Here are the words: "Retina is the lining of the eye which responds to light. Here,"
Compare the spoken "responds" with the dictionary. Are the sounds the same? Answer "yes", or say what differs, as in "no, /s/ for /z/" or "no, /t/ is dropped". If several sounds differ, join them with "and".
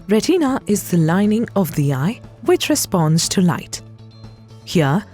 yes